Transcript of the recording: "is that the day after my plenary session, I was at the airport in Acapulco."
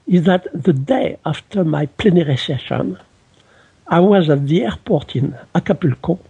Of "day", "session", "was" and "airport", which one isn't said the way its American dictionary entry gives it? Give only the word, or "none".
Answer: none